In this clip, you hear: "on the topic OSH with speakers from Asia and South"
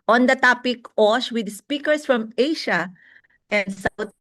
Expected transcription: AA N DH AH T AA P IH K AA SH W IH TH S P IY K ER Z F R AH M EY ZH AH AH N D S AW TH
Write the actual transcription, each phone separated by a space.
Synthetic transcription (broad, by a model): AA N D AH T AA P IH K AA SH W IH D S P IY K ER S F R AH M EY SH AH AH N D S AW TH